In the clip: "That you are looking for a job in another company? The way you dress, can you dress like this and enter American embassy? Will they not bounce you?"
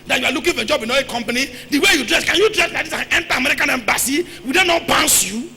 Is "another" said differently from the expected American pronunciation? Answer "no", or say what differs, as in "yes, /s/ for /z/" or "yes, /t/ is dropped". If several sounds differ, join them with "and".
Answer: yes, /n/ is dropped